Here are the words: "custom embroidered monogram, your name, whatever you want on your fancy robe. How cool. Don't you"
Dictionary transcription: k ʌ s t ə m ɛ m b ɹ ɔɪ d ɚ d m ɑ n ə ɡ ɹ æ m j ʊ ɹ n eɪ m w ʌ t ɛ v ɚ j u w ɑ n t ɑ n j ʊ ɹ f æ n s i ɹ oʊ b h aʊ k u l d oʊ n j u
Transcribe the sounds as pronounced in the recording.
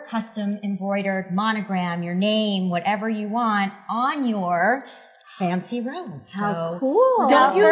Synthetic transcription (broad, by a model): k ʌ s t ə m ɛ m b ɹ ɔɪ d ɚ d m ɑ n ə ɡ ɹ æ m j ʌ ɹ n eɪ m w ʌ t ɛ v ɚ j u w ɑ n t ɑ n j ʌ ɹ f æ n s i ɹ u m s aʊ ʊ u l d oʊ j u